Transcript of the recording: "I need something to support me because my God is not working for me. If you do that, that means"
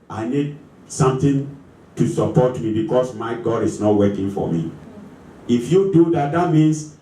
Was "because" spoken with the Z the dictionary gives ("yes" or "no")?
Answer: no